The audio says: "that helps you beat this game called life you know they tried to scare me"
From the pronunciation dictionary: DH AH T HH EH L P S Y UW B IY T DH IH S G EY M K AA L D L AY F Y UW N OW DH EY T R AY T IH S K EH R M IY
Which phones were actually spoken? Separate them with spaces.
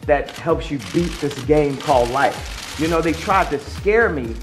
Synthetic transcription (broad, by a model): DH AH T HH EH L P S Y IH B IY T DH IH S G EY M K AA L D L AY F Y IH N OW DH EY T R AY T IH S K EH R M IY